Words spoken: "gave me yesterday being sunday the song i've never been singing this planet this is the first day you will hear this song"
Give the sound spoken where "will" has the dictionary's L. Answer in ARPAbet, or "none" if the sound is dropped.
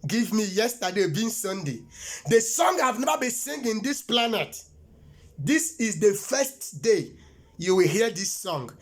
L